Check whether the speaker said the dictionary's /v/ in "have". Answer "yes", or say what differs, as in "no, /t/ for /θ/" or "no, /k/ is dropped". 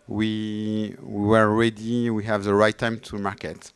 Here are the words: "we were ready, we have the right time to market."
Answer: yes